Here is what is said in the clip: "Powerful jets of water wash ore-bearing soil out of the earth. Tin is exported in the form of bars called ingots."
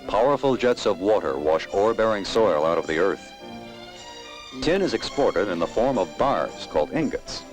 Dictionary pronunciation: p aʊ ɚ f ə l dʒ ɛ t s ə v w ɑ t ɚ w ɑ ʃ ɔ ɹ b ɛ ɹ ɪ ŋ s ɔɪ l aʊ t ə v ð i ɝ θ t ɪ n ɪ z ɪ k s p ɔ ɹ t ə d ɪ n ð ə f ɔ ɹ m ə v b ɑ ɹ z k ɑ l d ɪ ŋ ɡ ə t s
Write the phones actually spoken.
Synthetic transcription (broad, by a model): p aʊ ɚ f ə l dʒ ɛ t s ə v w ɑ t ɚ w ɑ ʃ ɔ ɹ b ɛ ɹ ɪ ŋ s ɔɪ l aʊ t ə v ð i ɝ θ t ɪ n ɪ z ɪ k s p ɔ ɹ t ə d ɪ n ð ə f ɔ ɹ m ə v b ɑ ɹ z k ɑ l d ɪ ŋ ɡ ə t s